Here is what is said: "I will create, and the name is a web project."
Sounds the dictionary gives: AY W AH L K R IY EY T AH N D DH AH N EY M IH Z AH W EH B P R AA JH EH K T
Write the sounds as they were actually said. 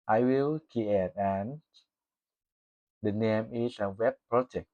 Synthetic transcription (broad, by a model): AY W AH L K IY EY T AH N D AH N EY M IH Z AH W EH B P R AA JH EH K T